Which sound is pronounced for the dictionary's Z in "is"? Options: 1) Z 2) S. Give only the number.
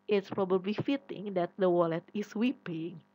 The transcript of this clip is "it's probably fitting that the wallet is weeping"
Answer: 2